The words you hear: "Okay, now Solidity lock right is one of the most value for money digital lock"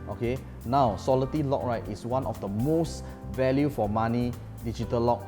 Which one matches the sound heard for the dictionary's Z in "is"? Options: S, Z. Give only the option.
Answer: S